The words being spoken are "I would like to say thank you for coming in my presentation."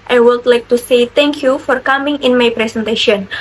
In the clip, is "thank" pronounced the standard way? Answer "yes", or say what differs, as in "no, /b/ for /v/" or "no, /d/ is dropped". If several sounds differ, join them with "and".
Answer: no, /t/ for /θ/